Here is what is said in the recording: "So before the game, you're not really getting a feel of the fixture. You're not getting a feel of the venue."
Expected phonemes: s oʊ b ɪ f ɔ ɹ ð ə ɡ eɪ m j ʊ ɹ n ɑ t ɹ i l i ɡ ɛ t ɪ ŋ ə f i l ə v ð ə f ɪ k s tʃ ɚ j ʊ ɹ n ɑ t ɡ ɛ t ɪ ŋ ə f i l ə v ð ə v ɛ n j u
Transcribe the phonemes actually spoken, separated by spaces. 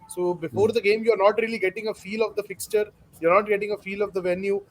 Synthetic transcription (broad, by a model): s oʊ b ɪ f ɔ ɹ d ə ɡ eɪ m j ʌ ɹ n ɑ t ɹ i l i ɡ ɛ t ɪ ŋ ə f i l ə v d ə f ɪ k s tʃ ɚ j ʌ ɹ n ɑ t ɡ ɛ t ɪ ŋ ə f i l ə v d ə v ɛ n j u